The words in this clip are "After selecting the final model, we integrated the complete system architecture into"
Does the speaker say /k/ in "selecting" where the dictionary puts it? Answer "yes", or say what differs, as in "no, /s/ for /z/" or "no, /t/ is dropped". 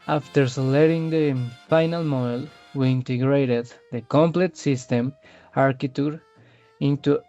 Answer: no, /k/ is dropped